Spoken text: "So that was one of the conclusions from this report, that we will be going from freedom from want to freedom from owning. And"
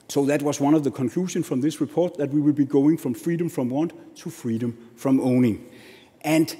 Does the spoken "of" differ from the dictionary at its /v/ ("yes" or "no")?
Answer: no